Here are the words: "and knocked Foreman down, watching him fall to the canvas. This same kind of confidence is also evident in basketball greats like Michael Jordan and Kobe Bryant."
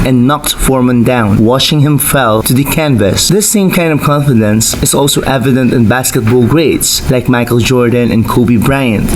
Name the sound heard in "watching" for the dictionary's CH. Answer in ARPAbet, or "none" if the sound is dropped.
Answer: SH